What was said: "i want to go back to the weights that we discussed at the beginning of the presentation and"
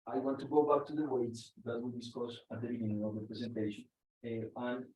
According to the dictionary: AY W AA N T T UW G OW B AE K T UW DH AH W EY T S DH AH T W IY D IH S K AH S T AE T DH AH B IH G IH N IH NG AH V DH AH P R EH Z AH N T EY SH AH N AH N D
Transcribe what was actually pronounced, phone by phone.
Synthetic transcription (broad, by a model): AY W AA N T T UW G OW B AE K T UW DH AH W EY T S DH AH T W IY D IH S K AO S AE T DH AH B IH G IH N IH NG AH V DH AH P R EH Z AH N T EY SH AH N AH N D